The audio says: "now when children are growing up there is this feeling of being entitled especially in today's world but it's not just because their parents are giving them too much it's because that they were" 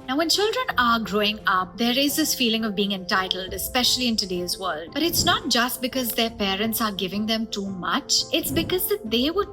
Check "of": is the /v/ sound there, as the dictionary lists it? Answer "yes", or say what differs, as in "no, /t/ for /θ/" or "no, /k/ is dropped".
yes